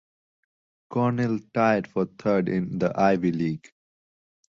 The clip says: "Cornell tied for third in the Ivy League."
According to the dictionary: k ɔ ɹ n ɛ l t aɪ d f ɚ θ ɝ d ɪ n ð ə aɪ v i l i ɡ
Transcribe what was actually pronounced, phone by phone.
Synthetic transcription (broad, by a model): k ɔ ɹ n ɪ l t aɪ d f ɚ t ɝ d ɪ n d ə aɪ v i l i ɡ